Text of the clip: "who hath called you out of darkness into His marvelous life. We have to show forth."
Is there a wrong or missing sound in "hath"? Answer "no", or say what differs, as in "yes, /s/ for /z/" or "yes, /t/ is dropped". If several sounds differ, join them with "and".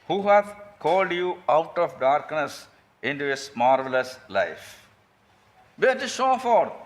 yes, /t/ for /θ/